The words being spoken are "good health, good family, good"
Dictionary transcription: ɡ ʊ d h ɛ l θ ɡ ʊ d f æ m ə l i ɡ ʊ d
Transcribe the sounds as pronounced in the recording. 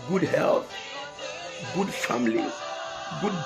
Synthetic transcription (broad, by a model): ɡ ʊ d h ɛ l t ɡ ʊ d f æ m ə l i ɡ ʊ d